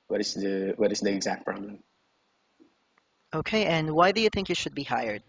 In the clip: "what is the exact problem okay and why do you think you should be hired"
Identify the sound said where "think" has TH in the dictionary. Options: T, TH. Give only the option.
TH